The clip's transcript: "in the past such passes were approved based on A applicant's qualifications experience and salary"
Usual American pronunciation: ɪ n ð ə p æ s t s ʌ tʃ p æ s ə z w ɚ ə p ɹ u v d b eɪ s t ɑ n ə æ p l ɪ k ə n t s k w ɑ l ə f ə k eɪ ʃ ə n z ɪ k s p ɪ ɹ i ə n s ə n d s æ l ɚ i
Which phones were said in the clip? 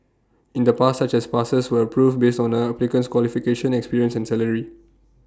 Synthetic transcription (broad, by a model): ɪ n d ə p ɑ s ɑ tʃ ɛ s p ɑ s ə s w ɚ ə p ɹ u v b eɪ s t ɑ n ə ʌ p l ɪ k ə n s k w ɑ l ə f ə k eɪ ʃ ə n ɪ k s p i ɹ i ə n s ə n s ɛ l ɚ i